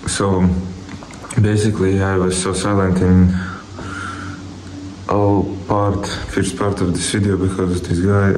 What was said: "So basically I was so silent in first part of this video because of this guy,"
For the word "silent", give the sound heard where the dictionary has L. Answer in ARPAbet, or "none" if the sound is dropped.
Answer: L